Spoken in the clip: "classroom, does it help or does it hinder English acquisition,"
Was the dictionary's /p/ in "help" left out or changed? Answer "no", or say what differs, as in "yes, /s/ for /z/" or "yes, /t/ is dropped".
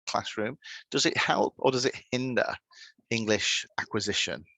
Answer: no